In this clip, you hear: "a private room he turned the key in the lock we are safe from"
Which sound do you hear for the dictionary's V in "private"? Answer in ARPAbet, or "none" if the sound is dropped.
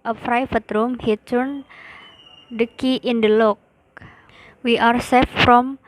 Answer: F